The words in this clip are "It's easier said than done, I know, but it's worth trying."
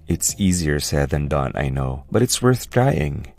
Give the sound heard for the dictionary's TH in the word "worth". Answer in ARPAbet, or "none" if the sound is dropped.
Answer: TH